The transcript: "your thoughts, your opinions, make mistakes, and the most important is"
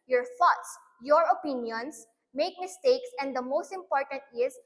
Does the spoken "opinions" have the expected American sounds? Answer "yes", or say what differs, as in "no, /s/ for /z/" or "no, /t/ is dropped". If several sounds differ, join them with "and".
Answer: no, /s/ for /z/